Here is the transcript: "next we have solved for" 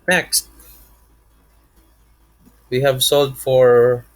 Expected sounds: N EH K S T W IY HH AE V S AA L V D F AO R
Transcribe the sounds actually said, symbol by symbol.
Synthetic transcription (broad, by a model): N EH K S T W IY HH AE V S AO L D F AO R